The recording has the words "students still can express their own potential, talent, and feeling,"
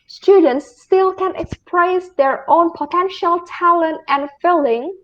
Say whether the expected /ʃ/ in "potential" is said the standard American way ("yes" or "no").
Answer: yes